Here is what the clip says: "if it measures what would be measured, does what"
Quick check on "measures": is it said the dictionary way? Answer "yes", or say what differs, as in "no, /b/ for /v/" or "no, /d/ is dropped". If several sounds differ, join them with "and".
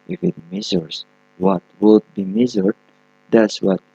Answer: no, /z/ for /ʒ/